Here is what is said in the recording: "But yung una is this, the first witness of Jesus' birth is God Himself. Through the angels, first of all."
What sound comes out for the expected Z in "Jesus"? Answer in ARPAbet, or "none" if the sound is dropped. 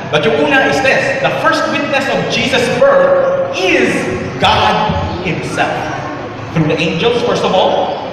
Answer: Z